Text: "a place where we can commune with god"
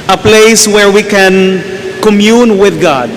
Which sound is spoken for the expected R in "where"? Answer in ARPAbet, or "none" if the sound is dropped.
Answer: R